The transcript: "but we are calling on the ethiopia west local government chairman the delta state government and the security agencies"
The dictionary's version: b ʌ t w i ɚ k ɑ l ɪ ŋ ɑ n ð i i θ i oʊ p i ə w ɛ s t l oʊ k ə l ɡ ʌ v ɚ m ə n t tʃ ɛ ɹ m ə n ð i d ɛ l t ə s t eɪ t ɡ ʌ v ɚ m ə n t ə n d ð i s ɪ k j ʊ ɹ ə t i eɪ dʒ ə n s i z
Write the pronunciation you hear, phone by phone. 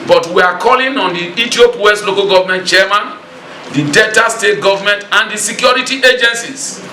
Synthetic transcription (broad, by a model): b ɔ t w i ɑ k ɑ l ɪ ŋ ɑ n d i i t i oʊ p w ɛ s t l oʊ k ə l ɡ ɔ v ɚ m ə n t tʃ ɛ m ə n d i d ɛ t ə s t eɪ t ɡ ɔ v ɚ m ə n t ə n d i s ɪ k j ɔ ɹ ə t i eɪ dʒ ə n s i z